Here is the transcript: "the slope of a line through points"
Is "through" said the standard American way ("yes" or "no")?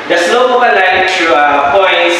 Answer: no